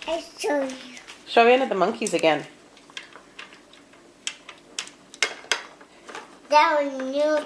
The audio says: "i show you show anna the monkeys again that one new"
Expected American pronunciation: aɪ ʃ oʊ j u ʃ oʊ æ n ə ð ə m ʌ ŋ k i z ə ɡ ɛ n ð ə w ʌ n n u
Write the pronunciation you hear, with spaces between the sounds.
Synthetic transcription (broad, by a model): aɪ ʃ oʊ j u ʃ oʊ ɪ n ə ð ə m ʌ ŋ k i z ə ɡ ɛ n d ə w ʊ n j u